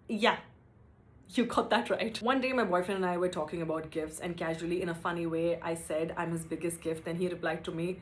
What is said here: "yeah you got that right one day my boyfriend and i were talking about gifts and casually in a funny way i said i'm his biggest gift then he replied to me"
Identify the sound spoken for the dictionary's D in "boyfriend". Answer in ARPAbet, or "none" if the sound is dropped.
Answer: none